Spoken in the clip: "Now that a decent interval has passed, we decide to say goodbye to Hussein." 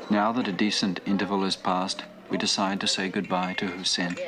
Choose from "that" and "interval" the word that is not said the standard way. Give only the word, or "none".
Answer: none